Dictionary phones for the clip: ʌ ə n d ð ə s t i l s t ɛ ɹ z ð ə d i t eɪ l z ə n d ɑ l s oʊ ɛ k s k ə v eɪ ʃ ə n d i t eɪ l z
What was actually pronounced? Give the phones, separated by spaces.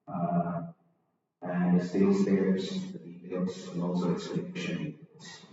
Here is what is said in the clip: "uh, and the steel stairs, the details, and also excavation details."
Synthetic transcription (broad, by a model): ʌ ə n ð ə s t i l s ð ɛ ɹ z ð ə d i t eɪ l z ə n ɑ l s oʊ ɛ k s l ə eɪ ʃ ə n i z